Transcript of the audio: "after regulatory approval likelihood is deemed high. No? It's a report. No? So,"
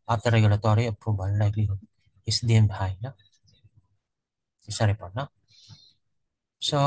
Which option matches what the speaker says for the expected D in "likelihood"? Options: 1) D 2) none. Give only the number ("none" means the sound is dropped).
2